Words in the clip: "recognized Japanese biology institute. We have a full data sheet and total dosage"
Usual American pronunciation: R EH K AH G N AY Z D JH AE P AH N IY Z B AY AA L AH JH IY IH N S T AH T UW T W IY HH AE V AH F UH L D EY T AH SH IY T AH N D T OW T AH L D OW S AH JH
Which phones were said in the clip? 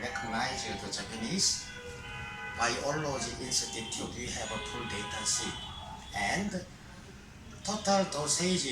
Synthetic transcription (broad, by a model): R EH K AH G N AY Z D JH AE P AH N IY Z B AY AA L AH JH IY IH N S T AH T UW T W IY HH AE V AH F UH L D EY T AH S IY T AH N D T OW T AH L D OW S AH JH